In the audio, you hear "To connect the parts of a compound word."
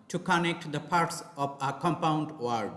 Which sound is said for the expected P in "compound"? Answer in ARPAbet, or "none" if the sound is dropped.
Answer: P